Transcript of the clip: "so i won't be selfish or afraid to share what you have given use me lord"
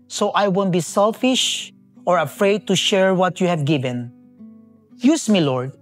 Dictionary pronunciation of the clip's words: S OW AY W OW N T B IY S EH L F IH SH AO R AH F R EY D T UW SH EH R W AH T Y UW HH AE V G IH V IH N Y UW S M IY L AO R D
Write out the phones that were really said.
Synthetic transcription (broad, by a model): S OW AY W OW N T B IY S EH L F IH SH AO R AH F R EY D T UW SH EH R W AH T Y UW HH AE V G IH V IH N Y UW S M IY L AO R D